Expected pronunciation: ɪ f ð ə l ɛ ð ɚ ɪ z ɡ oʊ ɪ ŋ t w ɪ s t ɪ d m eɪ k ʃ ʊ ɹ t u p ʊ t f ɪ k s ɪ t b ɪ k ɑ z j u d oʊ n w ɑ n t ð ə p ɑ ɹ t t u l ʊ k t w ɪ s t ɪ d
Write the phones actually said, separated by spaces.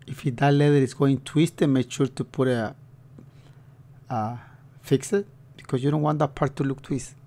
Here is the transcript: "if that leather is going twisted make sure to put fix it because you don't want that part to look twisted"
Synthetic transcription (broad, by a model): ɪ f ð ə l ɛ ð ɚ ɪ s ɡ oʊ ɪ ŋ t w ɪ s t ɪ m eɪ k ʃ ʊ ɹ t u p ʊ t f ɪ k s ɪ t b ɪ k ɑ s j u d oʊ n w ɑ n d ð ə p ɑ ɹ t t u l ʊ k t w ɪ s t